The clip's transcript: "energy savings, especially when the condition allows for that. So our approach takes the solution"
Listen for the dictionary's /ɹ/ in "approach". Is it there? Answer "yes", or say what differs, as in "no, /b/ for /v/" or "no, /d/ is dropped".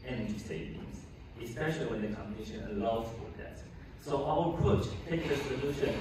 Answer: no, /ɹ/ is dropped